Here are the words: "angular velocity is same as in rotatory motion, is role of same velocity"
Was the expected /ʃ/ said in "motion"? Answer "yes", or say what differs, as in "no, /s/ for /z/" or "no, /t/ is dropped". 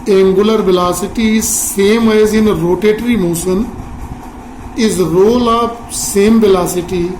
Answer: no, /s/ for /ʃ/